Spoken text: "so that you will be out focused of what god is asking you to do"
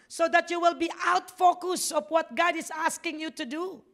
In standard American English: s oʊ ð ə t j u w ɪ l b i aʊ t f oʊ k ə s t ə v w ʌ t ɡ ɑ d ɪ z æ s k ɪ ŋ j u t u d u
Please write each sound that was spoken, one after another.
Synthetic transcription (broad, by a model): s oʊ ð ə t j u w ɪ l b i aʊ t f oʊ k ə s ə f w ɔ t ɡ ɑ d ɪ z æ s k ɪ ŋ j u t u d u